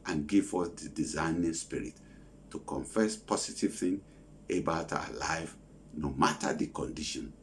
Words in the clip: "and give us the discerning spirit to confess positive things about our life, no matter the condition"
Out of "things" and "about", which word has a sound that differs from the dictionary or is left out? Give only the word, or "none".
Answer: things